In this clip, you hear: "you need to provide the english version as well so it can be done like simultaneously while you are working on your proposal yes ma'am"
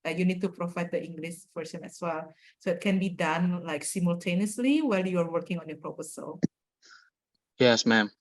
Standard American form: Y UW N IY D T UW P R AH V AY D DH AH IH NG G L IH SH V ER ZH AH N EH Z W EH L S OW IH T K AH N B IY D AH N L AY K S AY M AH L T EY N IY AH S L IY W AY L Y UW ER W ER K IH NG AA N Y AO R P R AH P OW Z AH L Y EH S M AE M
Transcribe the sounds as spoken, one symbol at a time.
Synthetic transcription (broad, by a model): Y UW N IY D T UW P R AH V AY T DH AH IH NG G L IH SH F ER S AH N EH S W EH L S OW IH T K AH N B IY D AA N L AY K S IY M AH L T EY N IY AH S L IY W AY L Y UW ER W ER K IH NG AA N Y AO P R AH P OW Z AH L Y EH S M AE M